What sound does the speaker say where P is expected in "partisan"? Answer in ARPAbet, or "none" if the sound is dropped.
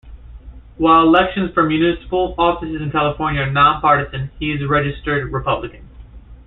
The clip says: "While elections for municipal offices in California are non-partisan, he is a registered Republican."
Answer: P